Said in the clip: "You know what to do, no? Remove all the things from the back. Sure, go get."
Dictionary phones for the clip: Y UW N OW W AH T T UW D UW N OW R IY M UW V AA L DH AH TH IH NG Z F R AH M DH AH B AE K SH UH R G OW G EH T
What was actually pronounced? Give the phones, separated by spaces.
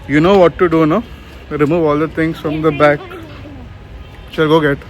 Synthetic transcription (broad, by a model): Y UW N OW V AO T T UW D UW N OW R IY M UW V AA L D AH T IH NG S F R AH M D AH B AE K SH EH L G OW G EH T